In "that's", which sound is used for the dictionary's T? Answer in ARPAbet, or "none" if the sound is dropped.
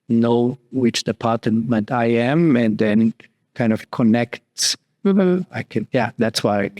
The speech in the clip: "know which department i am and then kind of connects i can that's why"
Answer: T